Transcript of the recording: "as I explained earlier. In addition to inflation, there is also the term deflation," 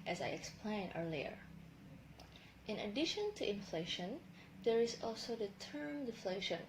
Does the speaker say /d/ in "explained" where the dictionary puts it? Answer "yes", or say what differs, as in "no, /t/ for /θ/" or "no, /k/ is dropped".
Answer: no, /d/ is dropped